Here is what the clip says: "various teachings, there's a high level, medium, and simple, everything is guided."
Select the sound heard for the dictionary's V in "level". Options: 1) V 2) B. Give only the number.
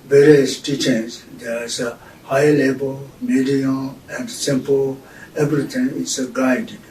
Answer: 2